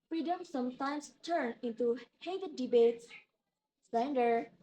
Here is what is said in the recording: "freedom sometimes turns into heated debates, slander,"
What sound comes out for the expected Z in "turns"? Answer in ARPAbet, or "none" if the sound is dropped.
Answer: none